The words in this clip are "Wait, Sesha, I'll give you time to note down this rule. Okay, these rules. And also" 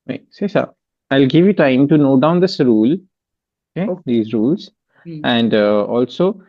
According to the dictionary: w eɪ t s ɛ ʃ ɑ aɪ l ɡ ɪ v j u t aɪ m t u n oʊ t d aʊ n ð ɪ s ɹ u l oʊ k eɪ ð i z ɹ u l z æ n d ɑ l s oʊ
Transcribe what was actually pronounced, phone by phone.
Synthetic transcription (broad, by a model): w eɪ s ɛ s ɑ aɪ l ɡ ɪ v j u t aɪ m t u n oʊ d aʊ n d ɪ s ɹ u l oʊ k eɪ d i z ɹ u l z æ n d ɑ l s oʊ